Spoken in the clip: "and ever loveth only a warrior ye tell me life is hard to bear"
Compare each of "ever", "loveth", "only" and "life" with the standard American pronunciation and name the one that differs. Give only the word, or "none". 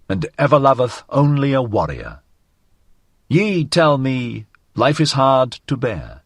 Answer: none